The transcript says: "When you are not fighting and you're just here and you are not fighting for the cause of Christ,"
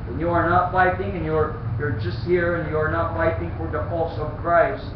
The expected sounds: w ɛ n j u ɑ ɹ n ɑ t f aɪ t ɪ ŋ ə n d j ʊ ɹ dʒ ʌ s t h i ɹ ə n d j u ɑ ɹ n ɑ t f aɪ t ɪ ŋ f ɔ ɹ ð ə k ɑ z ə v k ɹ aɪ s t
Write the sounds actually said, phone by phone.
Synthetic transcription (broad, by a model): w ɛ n j u ɑ ɹ n ɑ t f aɪ t ɪ ŋ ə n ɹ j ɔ ɹ dʒ ʌ s t h i ɹ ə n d j u ɑ ɹ n ɑ t f aɪ t ɪ ŋ f ɔ ɹ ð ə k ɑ s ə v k ɹ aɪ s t